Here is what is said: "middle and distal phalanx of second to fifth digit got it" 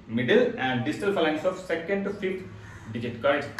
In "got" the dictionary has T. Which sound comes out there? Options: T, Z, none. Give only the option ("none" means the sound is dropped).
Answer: none